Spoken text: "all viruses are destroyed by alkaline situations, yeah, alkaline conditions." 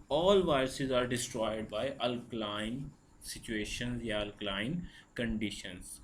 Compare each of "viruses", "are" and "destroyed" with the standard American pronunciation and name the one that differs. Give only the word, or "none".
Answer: none